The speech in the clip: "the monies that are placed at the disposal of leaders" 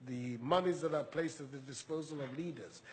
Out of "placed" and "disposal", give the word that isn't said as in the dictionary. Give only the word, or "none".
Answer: none